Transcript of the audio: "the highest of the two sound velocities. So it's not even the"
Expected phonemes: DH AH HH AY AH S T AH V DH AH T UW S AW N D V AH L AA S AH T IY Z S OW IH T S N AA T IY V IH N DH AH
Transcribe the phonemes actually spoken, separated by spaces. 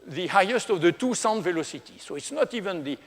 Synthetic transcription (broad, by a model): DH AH HH AY AH S T AH V DH AH T UW S AW N D V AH L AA S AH T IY S OW IH T S N AA T IY V IH N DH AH